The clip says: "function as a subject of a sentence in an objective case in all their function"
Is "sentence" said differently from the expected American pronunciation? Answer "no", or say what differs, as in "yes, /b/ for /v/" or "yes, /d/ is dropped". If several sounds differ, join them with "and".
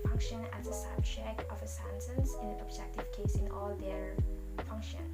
yes, /s/ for /t/